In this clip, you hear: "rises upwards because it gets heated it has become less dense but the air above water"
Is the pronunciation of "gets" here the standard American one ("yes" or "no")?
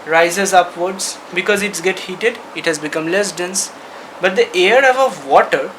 no